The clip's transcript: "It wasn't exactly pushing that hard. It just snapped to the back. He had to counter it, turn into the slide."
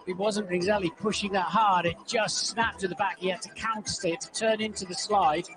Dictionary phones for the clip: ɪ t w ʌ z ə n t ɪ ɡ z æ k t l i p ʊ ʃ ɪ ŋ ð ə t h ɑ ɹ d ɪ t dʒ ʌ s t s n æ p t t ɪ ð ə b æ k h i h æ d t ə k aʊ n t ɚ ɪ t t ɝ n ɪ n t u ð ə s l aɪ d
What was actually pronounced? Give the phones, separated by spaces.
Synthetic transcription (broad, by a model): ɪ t w ʌ z ə n t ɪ ɡ z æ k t l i p ʊ ʃ ɪ ŋ ð ə t h ɑ ɹ d ɪ t dʒ ʌ s t s n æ p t t ɪ ð ə b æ k h i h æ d t ə k aʊ n t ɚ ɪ t t ɝ n ɪ n t u ð ə s l aɪ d